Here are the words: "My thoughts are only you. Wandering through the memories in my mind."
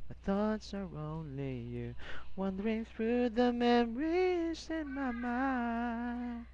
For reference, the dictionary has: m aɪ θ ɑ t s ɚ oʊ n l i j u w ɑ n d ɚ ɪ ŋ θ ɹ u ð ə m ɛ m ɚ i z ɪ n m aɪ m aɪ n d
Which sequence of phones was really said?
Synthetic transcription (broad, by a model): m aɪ θ ɑ t s ɚ oʊ n l i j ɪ w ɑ n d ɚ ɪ ŋ θ ɹ u ð ə m ɛ m ɚ i z ɪ n m aɪ m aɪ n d